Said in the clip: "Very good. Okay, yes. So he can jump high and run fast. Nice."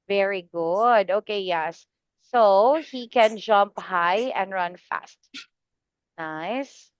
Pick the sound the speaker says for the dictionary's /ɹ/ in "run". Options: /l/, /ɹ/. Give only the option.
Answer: /ɹ/